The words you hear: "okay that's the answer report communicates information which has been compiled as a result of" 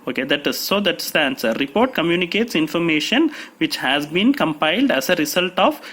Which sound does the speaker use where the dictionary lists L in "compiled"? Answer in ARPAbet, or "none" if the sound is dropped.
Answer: L